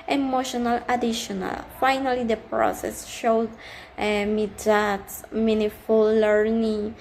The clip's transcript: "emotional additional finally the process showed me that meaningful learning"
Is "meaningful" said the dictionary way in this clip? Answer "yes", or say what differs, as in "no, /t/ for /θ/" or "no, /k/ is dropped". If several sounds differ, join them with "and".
no, /ŋ/ is dropped